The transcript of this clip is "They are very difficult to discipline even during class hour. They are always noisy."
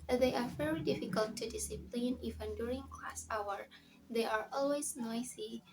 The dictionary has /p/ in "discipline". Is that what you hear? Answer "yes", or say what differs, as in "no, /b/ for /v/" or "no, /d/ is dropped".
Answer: yes